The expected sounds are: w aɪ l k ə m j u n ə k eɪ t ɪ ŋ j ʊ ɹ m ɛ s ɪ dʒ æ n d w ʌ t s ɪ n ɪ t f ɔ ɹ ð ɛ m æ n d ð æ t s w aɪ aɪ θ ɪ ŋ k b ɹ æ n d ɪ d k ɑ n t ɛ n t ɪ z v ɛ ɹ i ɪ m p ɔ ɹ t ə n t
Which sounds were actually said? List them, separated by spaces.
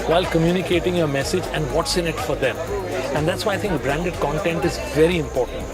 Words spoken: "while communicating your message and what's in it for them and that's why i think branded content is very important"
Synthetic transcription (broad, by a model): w aɪ l k ə m j u n ə k eɪ t ɪ ŋ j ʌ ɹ m ɛ s ɪ dʒ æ n d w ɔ t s ɪ n ɪ t f ɔ ɹ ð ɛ m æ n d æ t s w aɪ aɪ t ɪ ŋ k b ɹ æ n d ɪ d k ɑ n t ɛ n t ɪ z v ɛ ɹ i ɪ m p ɔ ɹ t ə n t